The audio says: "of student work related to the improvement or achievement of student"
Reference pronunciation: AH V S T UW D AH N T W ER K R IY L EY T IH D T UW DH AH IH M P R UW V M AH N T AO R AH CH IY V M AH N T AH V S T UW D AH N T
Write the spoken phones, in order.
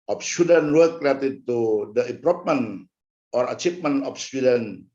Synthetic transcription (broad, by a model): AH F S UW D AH N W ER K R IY EY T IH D T UW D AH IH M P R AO P M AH N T AO R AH CH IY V M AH N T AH F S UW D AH N